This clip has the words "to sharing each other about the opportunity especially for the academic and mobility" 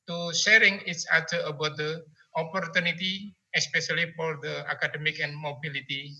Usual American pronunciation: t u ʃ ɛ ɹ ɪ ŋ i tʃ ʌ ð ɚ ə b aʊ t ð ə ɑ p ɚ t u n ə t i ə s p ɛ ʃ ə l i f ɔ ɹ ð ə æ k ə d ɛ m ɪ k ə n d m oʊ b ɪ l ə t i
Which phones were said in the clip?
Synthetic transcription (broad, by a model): t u ʃ ɛ ɹ ɪ ŋ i s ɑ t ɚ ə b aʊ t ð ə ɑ p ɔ t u n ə t i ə s p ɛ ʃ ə l i f ɔ ɹ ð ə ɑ k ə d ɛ m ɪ k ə n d m oʊ b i l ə t i